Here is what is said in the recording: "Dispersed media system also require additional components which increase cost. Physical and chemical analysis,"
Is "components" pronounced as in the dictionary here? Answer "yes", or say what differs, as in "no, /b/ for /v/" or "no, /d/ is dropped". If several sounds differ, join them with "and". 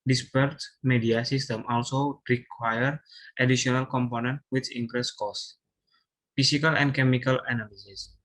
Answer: no, /s/ is dropped